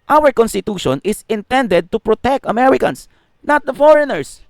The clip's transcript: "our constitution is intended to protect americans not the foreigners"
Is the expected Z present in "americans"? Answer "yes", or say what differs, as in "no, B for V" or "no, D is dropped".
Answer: no, S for Z